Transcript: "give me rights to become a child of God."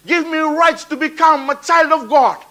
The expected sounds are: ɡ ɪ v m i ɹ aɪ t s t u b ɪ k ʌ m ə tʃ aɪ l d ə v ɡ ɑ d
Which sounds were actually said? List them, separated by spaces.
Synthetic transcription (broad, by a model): ɡ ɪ v m i ɹ aɪ t s t u b ɪ k ʌ m ə tʃ aɪ l d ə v ɡ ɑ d